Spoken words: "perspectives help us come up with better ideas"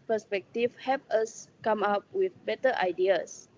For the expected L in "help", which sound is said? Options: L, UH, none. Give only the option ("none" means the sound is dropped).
none